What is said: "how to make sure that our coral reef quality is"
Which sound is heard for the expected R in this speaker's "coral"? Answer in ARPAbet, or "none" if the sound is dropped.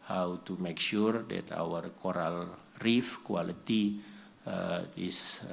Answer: R